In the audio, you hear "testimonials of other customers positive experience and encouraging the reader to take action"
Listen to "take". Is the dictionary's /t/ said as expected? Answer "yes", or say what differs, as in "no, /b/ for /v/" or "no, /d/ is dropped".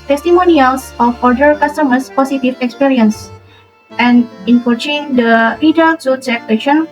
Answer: no, /s/ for /t/